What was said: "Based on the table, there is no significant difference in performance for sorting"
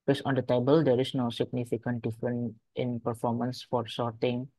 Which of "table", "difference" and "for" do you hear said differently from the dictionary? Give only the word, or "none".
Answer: difference